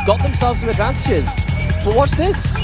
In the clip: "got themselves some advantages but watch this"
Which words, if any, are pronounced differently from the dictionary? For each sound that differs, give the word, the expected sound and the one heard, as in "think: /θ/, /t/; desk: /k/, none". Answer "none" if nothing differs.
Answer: watch: /tʃ/, /s/